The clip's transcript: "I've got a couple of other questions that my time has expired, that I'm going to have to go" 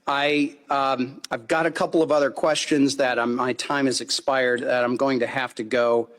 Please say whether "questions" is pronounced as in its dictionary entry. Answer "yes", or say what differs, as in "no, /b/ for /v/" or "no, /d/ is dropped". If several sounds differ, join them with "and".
yes